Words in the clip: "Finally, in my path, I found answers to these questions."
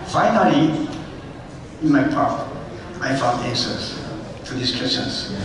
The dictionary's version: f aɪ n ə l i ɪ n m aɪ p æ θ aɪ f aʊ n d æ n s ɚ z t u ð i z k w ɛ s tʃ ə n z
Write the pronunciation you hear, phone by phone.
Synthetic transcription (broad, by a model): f aɪ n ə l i ɪ n m aɪ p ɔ t aɪ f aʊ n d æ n s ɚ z t u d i s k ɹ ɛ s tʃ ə n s